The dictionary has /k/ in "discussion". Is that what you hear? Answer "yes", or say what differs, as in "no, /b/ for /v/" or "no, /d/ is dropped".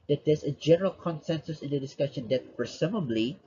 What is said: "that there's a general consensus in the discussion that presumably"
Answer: yes